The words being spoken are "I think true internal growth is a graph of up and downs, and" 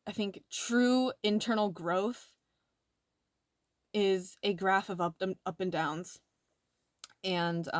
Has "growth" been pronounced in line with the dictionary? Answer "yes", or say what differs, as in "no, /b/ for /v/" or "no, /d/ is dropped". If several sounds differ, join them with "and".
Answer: yes